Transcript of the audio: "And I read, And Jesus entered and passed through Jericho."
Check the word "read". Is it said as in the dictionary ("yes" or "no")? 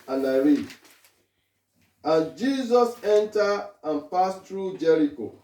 no